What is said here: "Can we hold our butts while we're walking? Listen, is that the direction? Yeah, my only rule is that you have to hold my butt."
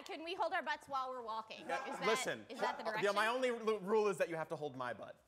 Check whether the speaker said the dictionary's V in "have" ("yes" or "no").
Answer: no